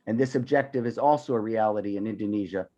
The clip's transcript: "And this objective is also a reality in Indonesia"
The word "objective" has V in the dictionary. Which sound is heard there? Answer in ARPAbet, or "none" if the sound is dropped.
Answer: V